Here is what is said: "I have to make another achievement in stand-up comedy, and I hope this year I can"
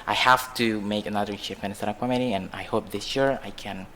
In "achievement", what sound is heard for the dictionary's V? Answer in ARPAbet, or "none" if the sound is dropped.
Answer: P